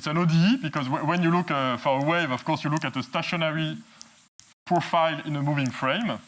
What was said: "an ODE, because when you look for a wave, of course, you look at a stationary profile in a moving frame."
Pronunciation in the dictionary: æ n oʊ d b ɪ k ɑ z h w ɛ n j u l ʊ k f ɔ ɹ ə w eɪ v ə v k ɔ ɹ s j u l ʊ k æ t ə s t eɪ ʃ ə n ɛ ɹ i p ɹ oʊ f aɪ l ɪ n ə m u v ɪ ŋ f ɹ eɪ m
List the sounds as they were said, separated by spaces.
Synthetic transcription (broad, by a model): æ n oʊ d b ɪ k ɑ z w w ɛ n j u l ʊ k f ɔ ɹ ə w eɪ v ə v k ɔ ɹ s j u l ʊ k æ t ə s t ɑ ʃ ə n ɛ ɹ i p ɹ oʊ f aɪ l ɪ n ə m u v ɪ ŋ f ɹ eɪ m